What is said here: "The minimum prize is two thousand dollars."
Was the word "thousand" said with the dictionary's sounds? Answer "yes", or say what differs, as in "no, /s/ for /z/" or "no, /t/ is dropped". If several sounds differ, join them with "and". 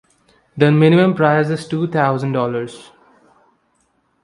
no, /t/ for /θ/